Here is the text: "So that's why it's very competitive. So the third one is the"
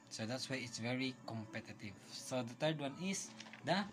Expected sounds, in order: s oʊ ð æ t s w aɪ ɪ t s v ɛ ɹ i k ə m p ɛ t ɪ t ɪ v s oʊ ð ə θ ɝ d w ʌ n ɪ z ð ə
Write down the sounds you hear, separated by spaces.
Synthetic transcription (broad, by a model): s oʊ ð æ t s w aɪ ɪ t s v ɛ ɹ i k ə m p ɛ t ɪ t ɪ v s oʊ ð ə t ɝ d w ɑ n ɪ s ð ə